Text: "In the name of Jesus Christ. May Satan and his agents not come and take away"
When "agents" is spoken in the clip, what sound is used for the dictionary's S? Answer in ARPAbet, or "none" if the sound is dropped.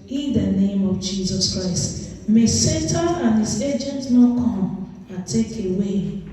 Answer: none